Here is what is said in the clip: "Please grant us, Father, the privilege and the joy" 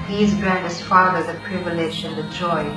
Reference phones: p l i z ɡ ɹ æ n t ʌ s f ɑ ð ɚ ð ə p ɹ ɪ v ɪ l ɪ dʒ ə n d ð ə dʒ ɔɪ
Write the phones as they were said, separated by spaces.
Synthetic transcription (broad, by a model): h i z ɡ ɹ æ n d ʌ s f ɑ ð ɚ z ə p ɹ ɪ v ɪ l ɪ ʃ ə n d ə dʒ ɔɪ